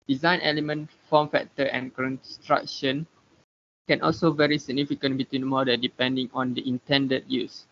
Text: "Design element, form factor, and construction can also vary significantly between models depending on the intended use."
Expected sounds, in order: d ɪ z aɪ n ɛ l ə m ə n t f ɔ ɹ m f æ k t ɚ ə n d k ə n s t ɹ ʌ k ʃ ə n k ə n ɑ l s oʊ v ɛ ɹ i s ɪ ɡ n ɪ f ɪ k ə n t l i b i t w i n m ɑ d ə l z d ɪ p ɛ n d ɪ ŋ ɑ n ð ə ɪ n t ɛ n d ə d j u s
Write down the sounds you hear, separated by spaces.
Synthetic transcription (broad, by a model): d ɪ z aɪ n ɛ l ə m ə n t f ɔ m f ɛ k t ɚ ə n k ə n s t ɹ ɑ k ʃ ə n k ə n ɑ l s oʊ v ɛ ɹ i s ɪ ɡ n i f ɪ k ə n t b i t w i n m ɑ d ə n d ɪ p ɛ n d ɪ ŋ ɑ n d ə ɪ n t ɛ n d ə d j u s